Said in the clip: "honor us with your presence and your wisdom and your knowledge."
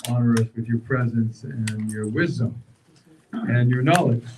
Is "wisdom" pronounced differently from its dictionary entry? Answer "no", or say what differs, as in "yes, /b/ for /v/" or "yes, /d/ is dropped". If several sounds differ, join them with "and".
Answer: no